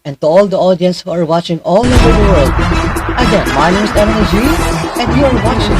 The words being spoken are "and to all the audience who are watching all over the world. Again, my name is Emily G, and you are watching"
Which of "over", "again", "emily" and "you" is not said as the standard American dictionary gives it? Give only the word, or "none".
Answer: emily